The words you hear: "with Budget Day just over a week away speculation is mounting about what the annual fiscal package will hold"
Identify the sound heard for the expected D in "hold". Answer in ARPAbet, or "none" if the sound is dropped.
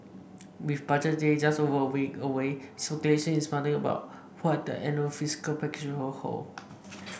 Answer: none